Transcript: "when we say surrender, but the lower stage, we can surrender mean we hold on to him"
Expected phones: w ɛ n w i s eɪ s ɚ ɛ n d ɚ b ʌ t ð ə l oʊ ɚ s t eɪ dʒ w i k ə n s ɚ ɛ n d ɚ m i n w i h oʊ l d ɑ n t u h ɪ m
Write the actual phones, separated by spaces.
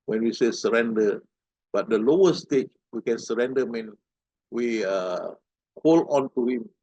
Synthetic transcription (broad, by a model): w ɛ n w i s eɪ s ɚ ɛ n d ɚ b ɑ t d ə l oʊ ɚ s t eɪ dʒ w i k ə n s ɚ ɛ n d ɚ m i n w i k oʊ l ɑ n t u h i m